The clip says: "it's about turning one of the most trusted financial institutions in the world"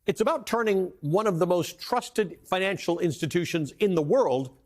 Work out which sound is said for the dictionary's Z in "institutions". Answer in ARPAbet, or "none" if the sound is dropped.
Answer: Z